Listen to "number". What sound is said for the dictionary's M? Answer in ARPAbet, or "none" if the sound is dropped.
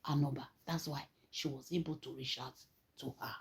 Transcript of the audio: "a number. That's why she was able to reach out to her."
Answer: none